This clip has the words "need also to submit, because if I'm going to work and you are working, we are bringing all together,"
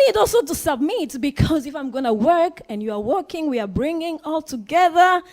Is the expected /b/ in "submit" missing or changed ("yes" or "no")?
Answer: no